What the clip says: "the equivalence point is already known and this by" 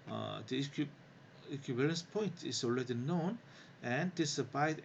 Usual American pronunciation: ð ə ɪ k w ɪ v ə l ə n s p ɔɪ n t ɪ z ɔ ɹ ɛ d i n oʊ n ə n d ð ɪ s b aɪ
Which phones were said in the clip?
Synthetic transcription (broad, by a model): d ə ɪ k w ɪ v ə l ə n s p ɔɪ n t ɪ s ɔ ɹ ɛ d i n oʊ n ə n d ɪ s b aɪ